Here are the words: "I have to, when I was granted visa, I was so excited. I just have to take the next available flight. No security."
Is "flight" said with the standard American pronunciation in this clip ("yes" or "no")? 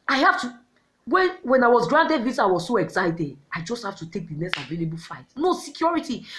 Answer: no